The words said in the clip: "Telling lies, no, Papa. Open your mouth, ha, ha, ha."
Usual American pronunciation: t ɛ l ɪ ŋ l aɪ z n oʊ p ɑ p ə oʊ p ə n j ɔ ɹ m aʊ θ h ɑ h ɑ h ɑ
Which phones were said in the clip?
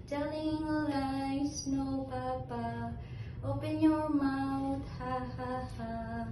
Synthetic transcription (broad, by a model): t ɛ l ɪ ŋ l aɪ s n oʊ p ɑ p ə oʊ p ə n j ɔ m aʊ t h ɑ h ɑ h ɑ